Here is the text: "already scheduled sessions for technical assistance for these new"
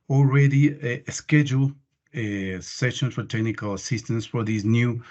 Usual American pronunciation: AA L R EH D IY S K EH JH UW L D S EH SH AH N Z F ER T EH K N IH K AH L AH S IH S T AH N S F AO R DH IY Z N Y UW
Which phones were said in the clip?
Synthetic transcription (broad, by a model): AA L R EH D IY S K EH JH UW L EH S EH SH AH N F ER T EH K N IH K AH L AH S IH S T AH N S F AO R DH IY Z N Y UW